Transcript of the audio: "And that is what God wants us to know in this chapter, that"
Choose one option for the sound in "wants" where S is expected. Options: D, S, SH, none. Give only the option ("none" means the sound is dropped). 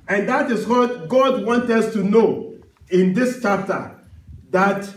none